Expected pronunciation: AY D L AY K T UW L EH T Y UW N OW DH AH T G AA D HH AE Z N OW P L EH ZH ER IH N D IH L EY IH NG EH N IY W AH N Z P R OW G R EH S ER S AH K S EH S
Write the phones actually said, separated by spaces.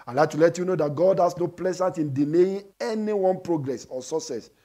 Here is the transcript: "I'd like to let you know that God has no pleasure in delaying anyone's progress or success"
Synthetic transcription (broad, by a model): AY L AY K T UW L EH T Y UW N OW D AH T G AA D HH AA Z N OW P L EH Z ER IH N D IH N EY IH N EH N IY W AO N P R OW G R EH S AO S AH S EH S